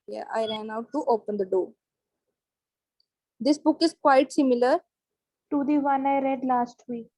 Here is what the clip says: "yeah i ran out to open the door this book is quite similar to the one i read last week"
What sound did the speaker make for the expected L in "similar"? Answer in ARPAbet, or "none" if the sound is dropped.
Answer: L